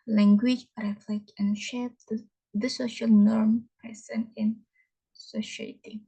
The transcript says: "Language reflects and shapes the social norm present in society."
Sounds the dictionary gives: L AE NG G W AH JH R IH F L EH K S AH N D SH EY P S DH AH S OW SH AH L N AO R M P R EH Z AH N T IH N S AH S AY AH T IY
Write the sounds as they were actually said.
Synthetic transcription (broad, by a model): L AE NG G W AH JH R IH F L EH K AH N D SH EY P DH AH S OW SH AH L N AO R M P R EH S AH N IH N S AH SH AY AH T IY